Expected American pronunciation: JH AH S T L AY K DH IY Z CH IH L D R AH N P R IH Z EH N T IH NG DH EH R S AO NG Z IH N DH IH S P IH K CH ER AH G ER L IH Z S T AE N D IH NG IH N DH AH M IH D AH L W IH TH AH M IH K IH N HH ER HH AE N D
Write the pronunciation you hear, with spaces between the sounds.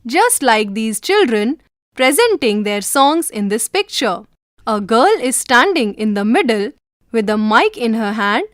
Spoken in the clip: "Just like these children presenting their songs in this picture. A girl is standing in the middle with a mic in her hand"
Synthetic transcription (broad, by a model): JH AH S T L AY K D IY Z CH IH L D R AH N P R IH Z EH N T IH NG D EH R S AO NG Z IH N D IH S P IH K CH ER AH G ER L IH Z S T AE N D IH NG IH N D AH M IH D AH L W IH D AH M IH K IH N HH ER HH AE N D